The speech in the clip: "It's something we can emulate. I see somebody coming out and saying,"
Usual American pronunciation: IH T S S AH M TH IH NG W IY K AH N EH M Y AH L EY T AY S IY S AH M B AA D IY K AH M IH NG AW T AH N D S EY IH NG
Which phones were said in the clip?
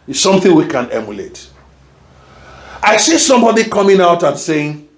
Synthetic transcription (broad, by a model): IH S S AH M TH IH NG W IY K AH N EH M Y AH L EY T AY S IY S AH M B AA D IY K AH M IH NG AW T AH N S EY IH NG